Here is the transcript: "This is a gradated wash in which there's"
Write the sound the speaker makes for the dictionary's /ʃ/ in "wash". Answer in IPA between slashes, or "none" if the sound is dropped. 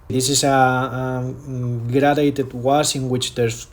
/s/